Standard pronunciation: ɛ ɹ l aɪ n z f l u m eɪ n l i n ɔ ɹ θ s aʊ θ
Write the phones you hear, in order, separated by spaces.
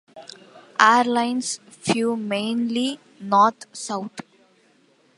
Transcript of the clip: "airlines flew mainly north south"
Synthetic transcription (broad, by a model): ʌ ɹ l aɪ n s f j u m eɪ n l i n ɔ ɹ t s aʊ t